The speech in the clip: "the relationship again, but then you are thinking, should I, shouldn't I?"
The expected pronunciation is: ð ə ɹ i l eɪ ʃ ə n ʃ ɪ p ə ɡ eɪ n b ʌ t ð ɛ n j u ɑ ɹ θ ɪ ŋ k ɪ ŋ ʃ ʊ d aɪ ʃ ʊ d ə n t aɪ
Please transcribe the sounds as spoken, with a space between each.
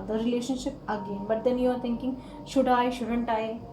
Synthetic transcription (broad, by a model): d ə ɹ i l eɪ ʃ ə n ʃ ɪ p ə ɡ eɪ n b ʌ t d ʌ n j u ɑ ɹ t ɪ ŋ k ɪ ŋ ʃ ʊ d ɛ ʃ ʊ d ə n t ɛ